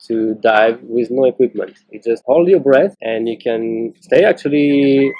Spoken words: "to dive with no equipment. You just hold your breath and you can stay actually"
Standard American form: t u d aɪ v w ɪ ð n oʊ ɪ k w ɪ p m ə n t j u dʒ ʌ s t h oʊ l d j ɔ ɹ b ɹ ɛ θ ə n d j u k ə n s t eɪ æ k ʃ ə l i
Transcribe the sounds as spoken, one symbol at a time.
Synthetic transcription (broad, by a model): t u d aɪ v w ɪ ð n oʊ ɪ k w ɪ p m ə n t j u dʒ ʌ s t h oʊ l d j ɔ ɹ b ɹ ɛ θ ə n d j u k ə n s t eɪ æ k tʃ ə l i